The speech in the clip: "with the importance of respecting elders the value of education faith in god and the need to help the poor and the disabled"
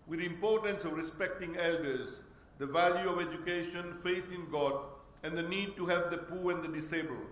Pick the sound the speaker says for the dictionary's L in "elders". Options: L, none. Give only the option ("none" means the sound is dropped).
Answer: L